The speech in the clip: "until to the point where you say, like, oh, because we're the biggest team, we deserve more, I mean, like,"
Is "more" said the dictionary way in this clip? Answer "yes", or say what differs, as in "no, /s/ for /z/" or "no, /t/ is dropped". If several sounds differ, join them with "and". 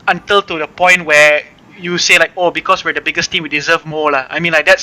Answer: no, /l/ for /ɹ/